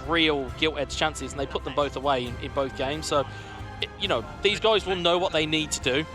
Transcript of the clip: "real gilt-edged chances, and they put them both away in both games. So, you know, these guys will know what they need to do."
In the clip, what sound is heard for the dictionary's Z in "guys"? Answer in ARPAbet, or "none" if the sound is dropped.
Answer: Z